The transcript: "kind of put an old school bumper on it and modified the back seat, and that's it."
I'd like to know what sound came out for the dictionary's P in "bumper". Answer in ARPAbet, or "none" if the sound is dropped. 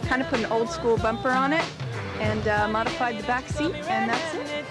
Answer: P